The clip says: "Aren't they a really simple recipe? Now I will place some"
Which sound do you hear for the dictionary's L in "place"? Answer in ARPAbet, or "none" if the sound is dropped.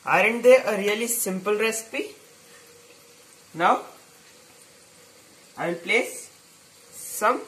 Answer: L